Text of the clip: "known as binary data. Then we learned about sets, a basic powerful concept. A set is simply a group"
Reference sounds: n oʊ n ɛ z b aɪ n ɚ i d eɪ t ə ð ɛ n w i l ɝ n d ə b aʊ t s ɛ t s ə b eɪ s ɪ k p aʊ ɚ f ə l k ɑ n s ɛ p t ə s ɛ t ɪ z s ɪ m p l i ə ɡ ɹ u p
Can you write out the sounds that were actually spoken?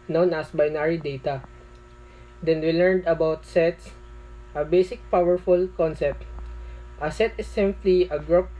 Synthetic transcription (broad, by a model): n oʊ n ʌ s b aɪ n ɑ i d eɪ t ə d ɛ n w i l ɝ n d ə b aʊ t s ɛ t s ə b eɪ s ɪ k p aʊ ɚ f ə l k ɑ n s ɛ p t ə s ɛ t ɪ s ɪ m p l i ə ɡ ɹ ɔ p